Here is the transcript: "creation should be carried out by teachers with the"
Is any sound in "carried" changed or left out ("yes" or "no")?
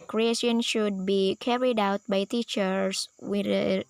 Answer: no